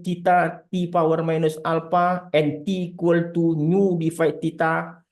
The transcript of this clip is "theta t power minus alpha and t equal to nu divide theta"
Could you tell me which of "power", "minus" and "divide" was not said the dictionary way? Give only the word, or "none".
divide